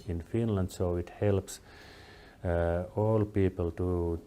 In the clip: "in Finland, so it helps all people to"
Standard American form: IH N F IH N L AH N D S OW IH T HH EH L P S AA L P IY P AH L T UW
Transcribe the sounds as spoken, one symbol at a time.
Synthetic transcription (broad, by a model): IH N F IH N L AH N D S OW IH T HH EH L P S AA L P IY P AH L T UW